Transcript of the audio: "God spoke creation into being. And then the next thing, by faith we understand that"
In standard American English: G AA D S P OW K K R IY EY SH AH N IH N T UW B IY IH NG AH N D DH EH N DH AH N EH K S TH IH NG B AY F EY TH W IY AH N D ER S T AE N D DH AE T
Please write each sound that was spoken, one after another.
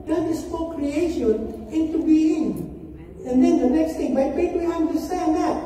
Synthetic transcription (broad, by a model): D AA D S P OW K K R IY EY SH AH N IH N T UW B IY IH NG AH N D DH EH N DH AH N EH K S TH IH NG B AY P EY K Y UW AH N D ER S T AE N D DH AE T